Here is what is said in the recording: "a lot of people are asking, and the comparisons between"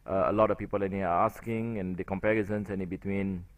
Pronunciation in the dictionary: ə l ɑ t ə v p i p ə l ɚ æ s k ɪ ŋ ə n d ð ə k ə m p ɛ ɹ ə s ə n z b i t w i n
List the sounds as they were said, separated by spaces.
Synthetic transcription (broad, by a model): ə l ɑ t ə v p i p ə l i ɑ s k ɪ ŋ ə n d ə k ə m p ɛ ɹ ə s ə n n b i t w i n